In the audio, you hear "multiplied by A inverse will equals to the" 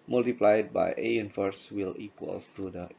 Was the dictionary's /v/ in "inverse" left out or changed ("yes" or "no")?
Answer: yes